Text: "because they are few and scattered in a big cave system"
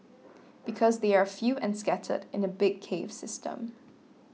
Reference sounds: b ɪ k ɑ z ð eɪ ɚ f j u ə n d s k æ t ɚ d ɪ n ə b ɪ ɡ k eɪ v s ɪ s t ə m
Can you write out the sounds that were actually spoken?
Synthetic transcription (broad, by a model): b ɪ k ɑ z ð eɪ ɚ f j u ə n s k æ t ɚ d ɪ n ə b ɪ ɡ k eɪ v s ɪ s t ə m